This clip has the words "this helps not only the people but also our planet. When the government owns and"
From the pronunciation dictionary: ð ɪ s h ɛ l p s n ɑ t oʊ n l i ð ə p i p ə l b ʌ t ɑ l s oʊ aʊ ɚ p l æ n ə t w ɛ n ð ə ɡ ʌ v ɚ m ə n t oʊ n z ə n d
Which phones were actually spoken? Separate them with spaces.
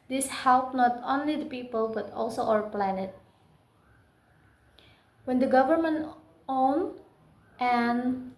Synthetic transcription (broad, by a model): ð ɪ s h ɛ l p n ɑ t oʊ n l i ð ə p i p ə l b ʌ t ɑ l s oʊ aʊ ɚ p l æ n ə t w ɛ n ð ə ɡ ʌ v ɚ m ə n t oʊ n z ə n